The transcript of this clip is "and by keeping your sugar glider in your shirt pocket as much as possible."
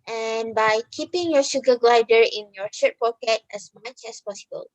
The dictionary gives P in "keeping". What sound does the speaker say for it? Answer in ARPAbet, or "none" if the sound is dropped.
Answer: P